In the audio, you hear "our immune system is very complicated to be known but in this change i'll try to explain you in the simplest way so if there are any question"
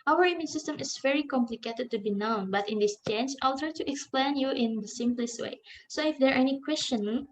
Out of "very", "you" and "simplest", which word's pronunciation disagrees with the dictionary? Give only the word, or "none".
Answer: none